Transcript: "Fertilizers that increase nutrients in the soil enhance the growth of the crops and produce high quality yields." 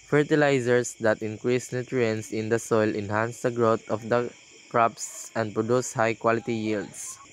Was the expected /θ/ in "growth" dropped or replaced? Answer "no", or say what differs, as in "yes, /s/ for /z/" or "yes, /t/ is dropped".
yes, /t/ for /θ/